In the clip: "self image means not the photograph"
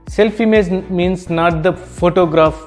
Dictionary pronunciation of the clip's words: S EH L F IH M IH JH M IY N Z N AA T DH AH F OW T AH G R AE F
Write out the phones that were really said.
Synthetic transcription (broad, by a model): S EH L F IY M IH Z M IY N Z N AA T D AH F OW T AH G R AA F